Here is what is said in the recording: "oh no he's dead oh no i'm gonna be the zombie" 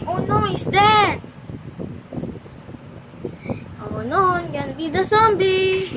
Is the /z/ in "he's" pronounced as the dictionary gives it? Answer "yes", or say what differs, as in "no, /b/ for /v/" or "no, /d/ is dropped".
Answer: no, /s/ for /z/